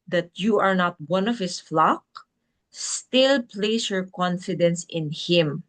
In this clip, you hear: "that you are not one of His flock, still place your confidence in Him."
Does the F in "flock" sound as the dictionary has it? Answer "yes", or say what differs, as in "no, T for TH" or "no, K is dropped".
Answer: yes